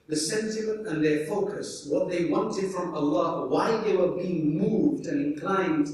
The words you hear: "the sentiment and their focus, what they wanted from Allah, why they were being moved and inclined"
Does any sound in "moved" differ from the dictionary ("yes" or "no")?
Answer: no